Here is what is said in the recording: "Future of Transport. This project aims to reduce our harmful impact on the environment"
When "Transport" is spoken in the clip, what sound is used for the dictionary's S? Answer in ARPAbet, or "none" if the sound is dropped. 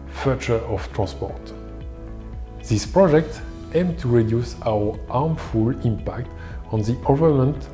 S